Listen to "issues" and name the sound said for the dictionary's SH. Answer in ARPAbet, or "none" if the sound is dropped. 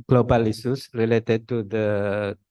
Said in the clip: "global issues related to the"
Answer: S